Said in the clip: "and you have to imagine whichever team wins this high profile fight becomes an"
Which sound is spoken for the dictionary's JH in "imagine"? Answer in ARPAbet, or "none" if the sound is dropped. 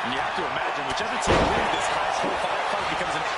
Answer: JH